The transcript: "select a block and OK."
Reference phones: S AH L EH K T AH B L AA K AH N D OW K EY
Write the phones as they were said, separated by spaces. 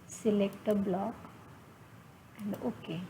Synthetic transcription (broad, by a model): S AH L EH K T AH B L AA K AH N D OW K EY